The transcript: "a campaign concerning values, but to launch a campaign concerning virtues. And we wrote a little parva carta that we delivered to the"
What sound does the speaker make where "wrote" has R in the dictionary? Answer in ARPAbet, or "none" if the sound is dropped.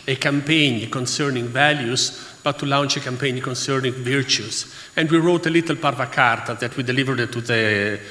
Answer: R